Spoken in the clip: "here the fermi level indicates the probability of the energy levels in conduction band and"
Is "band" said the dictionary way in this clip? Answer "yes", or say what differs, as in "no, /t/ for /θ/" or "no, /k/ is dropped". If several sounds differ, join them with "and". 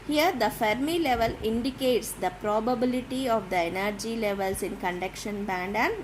yes